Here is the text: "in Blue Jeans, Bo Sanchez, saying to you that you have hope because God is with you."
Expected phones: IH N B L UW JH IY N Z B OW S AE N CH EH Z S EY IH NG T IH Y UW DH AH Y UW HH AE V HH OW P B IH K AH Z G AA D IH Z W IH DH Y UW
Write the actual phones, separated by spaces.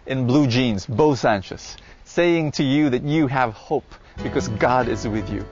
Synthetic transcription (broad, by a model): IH N B L UW JH IY N Z B OW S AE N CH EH S EY IH NG T IH Y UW DH AH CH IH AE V HH OW P B IH K AH Z G AA D IH Z W IH DH Y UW